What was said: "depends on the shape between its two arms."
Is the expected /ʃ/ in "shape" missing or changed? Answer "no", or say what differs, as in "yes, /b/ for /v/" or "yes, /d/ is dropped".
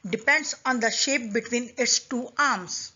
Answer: no